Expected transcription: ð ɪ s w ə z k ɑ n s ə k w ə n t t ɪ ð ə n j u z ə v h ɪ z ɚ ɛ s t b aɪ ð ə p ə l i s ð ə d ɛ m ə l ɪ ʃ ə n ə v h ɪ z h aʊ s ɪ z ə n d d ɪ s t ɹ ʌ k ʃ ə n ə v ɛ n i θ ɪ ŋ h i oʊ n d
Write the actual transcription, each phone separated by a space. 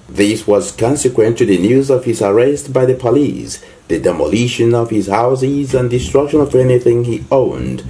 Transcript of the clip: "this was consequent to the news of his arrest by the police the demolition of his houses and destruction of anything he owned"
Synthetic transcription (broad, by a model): ð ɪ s w ə z k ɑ n s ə k w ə n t t ɪ ð ə n j u z ə v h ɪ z ɚ ɛ s t b aɪ ð ə p ə l i s ð ə d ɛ m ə l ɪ ʃ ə n ə v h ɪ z h aʊ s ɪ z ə n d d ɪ s t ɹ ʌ k ʃ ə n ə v ɛ n i θ ɪ ŋ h i oʊ n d